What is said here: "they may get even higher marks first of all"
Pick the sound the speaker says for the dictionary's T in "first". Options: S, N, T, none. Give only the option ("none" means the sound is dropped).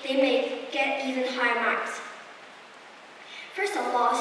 none